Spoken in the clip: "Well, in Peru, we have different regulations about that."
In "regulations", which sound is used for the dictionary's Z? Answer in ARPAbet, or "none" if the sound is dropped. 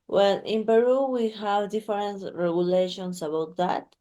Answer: S